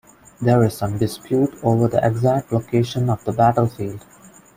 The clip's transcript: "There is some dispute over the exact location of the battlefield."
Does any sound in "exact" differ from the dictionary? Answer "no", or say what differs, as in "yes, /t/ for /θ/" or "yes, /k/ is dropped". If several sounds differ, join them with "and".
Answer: no